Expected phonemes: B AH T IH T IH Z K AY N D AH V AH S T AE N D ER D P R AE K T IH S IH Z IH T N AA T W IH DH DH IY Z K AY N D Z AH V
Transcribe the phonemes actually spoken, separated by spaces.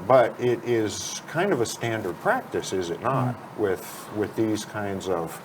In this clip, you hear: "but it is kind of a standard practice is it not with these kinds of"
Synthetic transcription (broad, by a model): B AH T IH T IH Z K AY N D AH V AH S T AE N D ER D P R AE K T IH S IH Z IH T N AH T W IH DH DH IY Z K AY N D Z AH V